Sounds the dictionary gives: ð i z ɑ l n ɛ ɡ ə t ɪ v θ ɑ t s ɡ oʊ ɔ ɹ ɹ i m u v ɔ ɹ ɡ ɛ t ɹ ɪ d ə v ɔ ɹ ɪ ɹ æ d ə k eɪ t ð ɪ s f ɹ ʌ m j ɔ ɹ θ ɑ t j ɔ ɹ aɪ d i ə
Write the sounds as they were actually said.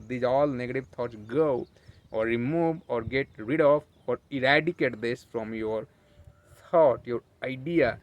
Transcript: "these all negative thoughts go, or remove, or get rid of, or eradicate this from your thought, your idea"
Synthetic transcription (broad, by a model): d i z ɑ l n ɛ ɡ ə t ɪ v t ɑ t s ɡ oʊ ɔ ɹ ɹ i m u v ɔ ɹ ɡ ɛ t ɹ ɪ d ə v ɔ ɹ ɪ ɹ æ d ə k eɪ t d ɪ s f ɹ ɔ m j ɔ ɹ t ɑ t j ɔ ɹ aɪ d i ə